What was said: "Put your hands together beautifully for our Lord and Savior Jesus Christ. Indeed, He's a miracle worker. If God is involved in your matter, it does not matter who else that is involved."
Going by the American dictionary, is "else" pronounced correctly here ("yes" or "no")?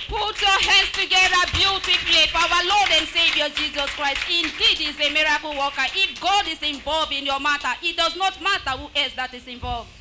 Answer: no